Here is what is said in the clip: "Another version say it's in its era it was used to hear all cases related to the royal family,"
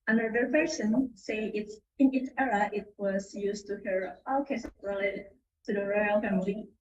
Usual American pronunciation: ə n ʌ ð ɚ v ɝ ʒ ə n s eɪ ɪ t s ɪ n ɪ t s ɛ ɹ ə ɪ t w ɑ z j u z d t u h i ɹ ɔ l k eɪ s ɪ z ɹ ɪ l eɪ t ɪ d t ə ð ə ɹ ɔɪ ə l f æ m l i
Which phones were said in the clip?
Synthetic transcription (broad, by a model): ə n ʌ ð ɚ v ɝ s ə n s eɪ ɪ t s ɪ n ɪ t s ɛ ɹ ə ɪ t w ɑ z j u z t u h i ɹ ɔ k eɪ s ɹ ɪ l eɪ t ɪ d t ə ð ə ɹ ɔɪ ə l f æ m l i